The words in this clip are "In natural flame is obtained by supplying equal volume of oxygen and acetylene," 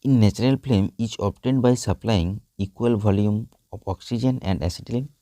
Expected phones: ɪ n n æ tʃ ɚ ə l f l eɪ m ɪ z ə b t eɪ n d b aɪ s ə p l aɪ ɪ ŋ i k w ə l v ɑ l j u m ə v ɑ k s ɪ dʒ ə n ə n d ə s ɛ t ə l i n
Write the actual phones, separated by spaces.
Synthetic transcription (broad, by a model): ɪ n n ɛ tʃ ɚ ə l p l eɪ m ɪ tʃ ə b t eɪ n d b aɪ s ə p l aɪ ɪ ŋ i k w ə l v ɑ l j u m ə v ɑ k s ɪ dʒ ə n ə n d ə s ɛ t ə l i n